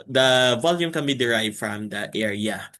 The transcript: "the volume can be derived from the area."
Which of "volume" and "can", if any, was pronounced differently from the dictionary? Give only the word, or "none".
none